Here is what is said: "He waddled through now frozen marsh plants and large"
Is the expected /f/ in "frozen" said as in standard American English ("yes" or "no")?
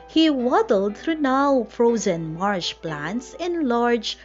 yes